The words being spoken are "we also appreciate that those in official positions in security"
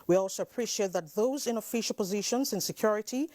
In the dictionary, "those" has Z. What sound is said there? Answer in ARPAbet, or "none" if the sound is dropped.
Z